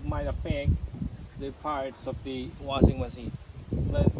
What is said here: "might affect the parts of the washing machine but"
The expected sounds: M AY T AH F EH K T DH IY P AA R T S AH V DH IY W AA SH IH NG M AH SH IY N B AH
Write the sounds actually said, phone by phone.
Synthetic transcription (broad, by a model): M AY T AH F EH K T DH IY P AA R T S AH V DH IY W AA S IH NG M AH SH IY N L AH